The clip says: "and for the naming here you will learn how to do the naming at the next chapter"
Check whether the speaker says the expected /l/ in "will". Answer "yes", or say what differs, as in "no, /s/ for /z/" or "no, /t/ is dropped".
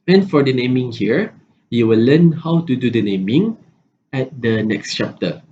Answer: yes